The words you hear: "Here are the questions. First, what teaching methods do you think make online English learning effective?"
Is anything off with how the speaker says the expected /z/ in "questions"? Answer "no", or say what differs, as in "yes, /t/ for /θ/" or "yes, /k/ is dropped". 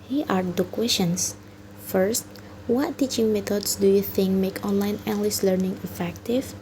yes, /s/ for /z/